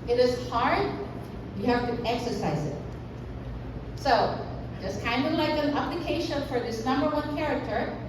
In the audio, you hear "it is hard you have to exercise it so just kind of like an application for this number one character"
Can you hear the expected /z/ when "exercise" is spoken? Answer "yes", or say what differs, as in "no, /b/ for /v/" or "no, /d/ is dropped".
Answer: yes